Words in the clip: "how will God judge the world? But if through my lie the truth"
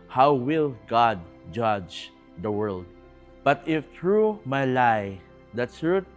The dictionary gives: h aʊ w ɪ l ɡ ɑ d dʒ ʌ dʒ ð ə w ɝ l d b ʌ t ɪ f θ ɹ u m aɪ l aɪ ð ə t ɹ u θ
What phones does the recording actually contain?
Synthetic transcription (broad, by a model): h aʊ w ɪ l ɡ ɑ d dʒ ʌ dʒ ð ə w ɝ l d b ʌ t ɪ f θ ɹ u m aɪ l aɪ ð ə t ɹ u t